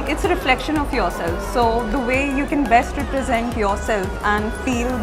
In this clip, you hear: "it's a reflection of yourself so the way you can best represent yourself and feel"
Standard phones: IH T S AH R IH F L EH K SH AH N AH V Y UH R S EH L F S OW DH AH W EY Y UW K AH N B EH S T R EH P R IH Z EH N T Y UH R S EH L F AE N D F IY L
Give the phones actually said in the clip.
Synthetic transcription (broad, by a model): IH T S AH R IH F L EH K SH AH N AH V Y UH R S EH L F S OW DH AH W EY Y UW K AH N B EH S T R EH P R IH Z EH N T Y UH R S EH L F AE N D F IY L